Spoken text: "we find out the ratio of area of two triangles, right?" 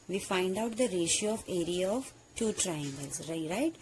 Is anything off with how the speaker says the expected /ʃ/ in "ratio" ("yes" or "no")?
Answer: no